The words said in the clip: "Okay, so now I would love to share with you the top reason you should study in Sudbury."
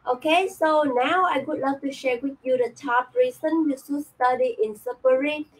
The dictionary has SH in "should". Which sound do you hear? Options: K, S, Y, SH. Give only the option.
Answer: S